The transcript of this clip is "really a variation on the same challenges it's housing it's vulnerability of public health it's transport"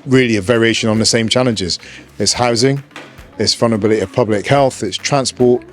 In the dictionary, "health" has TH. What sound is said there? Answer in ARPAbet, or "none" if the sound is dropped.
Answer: TH